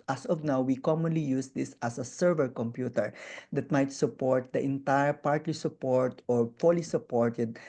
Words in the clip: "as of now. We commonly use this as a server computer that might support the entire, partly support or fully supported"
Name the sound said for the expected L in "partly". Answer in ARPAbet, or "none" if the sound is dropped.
L